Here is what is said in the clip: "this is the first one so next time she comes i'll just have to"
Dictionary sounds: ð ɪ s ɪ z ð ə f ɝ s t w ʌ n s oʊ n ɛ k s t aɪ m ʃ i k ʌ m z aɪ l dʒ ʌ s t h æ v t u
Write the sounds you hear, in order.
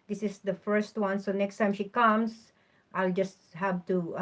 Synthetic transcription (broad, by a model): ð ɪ s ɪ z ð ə f ɝ s t w ʌ n s oʊ n ɛ k s t aɪ m ʃ i k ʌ m s aɪ l dʒ ʌ s t h æ v t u